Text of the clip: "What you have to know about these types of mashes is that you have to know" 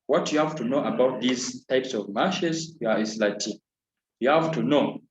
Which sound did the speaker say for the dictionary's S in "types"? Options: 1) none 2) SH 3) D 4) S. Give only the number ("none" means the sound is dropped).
4